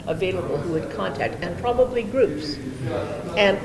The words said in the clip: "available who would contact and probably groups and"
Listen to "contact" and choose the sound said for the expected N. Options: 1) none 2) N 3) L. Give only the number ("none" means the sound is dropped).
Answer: 2